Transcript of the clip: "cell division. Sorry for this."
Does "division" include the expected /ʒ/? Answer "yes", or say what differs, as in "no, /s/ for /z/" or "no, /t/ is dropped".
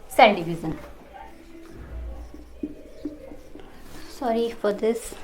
no, /z/ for /ʒ/